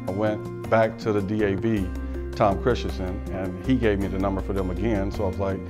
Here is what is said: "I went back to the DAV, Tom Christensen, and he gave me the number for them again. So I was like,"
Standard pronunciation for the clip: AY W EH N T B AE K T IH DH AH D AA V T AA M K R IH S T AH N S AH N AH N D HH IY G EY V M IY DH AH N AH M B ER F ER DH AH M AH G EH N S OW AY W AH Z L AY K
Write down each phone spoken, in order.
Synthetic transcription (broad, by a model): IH W EH N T B AE K T IH DH AH D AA B T AA M K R IH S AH S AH N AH N IY G EY V M IY DH AH N AH M B ER F ER DH AH M AH G EH N S OW AY W AH Z L AY K